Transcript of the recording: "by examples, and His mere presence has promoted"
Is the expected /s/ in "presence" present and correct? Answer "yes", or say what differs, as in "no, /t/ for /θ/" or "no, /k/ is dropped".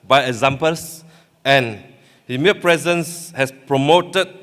yes